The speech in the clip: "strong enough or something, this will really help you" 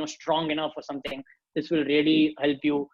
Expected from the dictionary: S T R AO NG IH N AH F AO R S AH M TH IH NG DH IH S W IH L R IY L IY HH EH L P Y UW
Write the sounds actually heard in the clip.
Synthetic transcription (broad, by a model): S T R AO NG IH N AH F AO R S AH M T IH NG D IH S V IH L R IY L IY HH EH L P Y UW